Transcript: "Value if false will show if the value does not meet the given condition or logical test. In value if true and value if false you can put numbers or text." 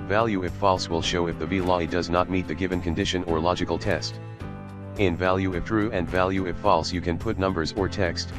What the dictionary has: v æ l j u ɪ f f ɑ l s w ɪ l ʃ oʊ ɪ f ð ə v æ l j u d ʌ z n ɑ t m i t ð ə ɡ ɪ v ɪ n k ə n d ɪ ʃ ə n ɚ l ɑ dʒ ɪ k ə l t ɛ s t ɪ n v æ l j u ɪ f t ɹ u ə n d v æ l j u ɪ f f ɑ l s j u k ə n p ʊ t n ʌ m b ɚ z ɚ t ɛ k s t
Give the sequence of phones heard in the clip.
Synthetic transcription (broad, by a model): v æ l j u ɪ f f ɑ l s w ɪ l ʃ oʊ ɪ f ð ə b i l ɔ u d ʌ z n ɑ t m i t ð ə ɡ ɪ v ɪ n k ə n d ɪ ʃ ə n ɚ l ɑ dʒ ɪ k l t ɛ s t ɪ n v æ l j u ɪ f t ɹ u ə n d v æ l j u ɪ f f ɑ l s j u k ə n p ʊ t n ʌ m b ɚ z ɚ t ɛ k s t